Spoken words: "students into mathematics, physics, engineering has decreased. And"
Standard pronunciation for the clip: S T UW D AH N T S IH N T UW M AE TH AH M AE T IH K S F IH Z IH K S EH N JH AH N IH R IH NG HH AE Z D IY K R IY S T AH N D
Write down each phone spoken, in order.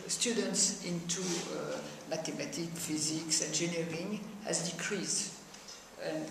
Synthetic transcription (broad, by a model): S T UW D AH N T S IH N T UW M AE T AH M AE T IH K F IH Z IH K S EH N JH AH N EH R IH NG HH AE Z D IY K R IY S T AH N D